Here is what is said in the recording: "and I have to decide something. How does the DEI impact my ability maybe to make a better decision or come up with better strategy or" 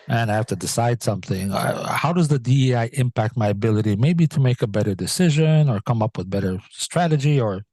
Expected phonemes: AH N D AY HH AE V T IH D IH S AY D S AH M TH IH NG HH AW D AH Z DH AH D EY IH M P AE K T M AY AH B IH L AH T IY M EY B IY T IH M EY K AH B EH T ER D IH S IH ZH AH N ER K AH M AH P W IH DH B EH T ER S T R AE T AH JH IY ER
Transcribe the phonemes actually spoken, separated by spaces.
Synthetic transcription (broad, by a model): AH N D AY HH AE F T IH D IH S AY D S AH M TH IH NG HH AW D AH Z DH AH D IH IH M P AE K T M AY AH B IH L AH T IY M EY B IY T IH M EY K AH B EH T ER D IH S IH ZH AH N ER K AH M AH P W IH DH B EH T ER S T R AE T AH JH IY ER